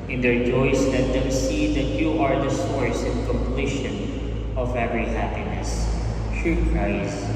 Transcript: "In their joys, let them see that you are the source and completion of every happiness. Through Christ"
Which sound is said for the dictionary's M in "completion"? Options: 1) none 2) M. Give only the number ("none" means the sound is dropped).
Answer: 2